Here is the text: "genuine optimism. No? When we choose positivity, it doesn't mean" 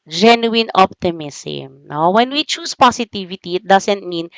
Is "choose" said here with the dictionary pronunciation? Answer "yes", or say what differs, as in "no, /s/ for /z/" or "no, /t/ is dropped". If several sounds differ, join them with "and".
no, /s/ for /z/